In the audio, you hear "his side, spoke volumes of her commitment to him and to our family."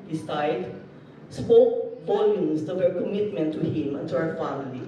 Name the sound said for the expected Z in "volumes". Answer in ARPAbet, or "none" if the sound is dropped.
S